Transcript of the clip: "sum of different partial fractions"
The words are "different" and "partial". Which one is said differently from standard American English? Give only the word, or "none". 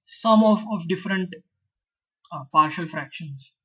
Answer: none